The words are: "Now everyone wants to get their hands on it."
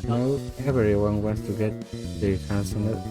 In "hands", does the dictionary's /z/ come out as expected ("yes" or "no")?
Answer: no